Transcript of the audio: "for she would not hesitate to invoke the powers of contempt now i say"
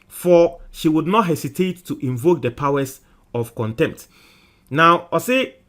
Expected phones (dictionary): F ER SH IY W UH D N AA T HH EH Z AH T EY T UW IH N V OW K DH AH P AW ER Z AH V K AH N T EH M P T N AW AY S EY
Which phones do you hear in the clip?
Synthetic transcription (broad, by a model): F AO SH IY W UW D N AA T HH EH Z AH T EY T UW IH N V OW K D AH P AW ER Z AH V K AH N T EH M P T N AW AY S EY